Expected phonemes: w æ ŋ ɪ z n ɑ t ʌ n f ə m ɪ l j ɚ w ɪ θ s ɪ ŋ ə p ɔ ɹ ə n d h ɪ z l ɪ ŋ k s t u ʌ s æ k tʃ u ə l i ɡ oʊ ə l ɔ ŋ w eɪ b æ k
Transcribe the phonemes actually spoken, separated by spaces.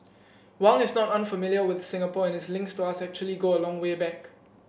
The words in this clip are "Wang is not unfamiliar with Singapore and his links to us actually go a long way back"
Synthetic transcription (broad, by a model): w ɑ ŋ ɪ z n ɑ t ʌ n f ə m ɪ l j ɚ w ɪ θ s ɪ ŋ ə p ɔ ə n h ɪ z l ɪ ŋ k s t u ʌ s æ k tʃ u ə l i ɡ oʊ ə l ɔ ŋ w eɪ b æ k